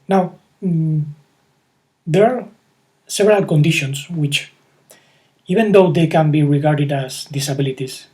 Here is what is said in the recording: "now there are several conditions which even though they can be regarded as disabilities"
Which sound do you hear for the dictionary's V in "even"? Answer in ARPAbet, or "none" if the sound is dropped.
B